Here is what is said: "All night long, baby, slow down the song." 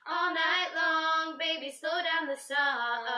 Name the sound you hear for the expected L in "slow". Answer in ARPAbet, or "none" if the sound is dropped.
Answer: none